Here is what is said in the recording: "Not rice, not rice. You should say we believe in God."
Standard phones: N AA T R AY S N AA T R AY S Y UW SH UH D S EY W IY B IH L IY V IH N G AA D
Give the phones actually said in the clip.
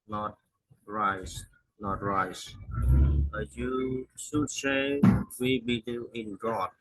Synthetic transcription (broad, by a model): N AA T R AY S N AA T R AY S Y UW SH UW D S EY W IY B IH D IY IH N G AA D